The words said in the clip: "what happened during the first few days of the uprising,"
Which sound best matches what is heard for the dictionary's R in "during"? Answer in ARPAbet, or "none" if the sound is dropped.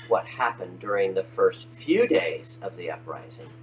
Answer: R